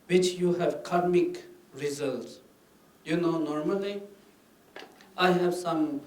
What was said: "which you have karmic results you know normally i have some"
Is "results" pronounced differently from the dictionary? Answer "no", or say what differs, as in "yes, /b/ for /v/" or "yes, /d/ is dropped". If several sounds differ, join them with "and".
no